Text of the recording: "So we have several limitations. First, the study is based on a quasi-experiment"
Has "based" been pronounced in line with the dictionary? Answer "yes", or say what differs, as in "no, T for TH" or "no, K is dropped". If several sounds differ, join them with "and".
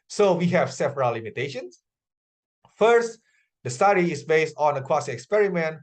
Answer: yes